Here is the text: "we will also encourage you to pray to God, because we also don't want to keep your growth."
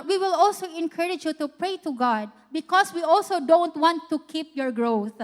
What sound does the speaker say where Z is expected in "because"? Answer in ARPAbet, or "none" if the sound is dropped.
S